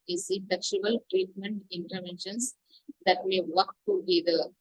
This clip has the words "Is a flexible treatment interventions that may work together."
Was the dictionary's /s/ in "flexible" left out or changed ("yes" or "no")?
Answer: yes